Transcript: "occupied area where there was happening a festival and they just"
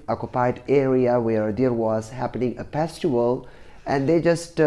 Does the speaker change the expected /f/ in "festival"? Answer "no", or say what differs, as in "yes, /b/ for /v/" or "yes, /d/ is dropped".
yes, /p/ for /f/